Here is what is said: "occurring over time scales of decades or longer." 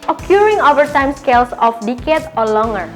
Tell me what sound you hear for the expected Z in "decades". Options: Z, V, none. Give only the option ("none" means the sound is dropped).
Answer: none